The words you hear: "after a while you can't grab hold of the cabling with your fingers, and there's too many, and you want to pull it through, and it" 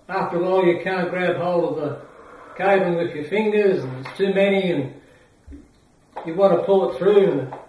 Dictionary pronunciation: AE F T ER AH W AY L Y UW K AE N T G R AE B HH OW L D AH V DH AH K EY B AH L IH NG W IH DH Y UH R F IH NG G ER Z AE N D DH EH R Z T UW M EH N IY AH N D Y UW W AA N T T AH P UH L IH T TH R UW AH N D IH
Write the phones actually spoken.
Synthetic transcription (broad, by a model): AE F T ER AH L Y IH K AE N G R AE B HH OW L AH V DH AH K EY AH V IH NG W IH DH Y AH R F IH NG G ER Z N DH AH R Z T UW M EH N IY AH N Y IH W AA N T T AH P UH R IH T TH R UW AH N